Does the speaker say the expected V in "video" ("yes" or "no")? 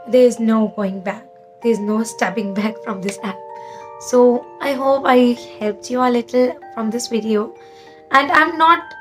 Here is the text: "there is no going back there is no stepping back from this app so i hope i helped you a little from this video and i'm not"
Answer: yes